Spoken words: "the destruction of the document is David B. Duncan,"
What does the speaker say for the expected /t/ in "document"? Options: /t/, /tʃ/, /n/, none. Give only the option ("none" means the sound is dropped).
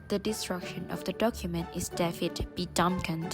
/t/